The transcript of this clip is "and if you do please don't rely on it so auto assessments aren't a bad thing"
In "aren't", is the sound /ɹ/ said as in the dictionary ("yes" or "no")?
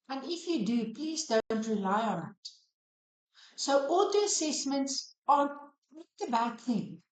no